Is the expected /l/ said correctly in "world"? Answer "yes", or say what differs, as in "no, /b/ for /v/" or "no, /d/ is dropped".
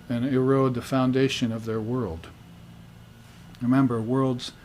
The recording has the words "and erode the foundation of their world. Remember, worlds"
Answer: yes